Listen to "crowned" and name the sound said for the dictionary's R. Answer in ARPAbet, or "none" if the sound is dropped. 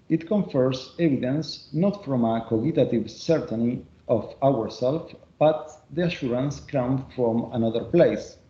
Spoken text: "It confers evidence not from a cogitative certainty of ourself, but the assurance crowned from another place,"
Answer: none